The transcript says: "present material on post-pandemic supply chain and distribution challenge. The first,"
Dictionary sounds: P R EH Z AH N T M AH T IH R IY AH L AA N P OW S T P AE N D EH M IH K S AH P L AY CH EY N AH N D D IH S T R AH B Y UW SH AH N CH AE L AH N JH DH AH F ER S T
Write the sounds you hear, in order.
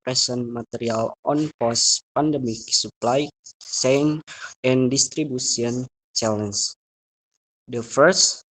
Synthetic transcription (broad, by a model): R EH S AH N M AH T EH R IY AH L AA N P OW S P AE N D EH M IH K S AH P L AY S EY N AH N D D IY S T R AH B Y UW S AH N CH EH L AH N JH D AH F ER S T